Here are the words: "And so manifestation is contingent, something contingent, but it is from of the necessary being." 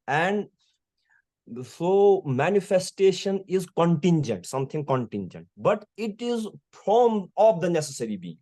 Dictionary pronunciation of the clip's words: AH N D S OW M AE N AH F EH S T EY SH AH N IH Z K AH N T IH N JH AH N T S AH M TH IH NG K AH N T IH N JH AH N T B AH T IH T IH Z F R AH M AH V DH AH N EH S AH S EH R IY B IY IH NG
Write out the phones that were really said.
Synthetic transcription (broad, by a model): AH N D S OW M AE N AH F EH S T EY SH AH N IH Z K AH N T IH N JH AH N T S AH M T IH NG K AH N T IH N JH AH N T B AH T IH T IH Z P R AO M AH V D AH N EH S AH S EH R IY B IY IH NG